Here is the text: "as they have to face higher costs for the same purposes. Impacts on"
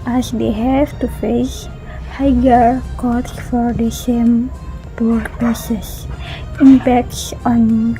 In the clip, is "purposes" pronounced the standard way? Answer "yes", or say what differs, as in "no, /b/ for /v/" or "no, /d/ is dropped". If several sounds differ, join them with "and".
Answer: no, /s/ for /z/